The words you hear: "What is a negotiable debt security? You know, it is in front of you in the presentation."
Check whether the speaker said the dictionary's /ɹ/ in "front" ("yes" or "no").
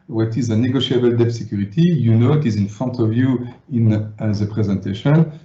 no